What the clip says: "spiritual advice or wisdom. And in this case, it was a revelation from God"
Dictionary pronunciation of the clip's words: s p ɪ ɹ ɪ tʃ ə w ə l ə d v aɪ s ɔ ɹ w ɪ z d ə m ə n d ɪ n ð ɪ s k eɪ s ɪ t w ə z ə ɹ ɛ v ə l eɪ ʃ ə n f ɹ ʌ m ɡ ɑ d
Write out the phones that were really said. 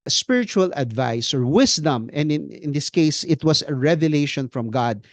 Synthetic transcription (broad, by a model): s p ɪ ɹ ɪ tʃ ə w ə l ə d v aɪ s ɔ ɹ w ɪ s d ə m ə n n ɪ n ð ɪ s k eɪ s ɪ t w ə s ə ɹ ɛ v ə l eɪ ʃ ə n f ɹ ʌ m ɡ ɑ d